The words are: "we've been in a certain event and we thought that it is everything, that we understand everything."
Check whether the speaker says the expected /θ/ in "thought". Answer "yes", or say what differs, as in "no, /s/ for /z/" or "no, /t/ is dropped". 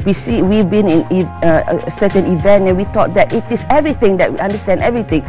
no, /t/ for /θ/